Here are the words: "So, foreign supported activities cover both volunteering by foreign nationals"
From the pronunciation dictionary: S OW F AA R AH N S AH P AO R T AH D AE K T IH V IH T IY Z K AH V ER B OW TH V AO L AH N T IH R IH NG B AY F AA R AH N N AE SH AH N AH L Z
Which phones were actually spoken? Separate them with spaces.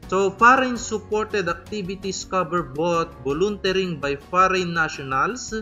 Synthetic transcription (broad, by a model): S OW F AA R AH N S AH P AO R T AH D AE K T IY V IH T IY S K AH B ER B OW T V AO L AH N T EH R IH NG B AY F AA R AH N N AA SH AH N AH L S